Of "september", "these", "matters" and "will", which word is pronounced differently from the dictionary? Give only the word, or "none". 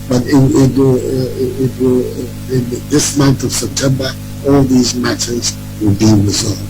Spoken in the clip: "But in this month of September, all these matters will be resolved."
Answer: none